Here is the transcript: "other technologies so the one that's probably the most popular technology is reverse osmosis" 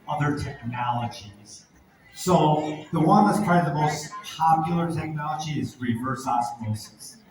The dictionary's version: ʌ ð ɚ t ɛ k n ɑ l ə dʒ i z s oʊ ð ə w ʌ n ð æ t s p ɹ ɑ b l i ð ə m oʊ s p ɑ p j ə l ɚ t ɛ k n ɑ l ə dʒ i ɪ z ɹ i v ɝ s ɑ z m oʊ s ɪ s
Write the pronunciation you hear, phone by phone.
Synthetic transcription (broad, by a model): ʌ ð ɚ t ɛ k n ɑ l ə dʒ i z s oʊ ð ə w ʌ n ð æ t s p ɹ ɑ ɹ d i ð ə m oʊ s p ɑ p j l ɚ t ɛ k n ɑ l ə dʒ i ɪ z ɹ i v ɝ s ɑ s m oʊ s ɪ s